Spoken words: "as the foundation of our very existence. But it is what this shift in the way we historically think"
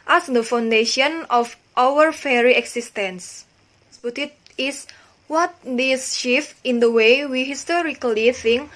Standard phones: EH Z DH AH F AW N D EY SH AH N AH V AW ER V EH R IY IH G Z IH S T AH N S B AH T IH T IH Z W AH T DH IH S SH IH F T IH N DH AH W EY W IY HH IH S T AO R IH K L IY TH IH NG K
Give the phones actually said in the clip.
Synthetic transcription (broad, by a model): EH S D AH F AW N D EY SH AH N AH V AW ER F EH R IY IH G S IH S T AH N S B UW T IH T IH S W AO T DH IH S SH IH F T IH N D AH W EY W IY HH IH S T AO R IH K L IY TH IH NG K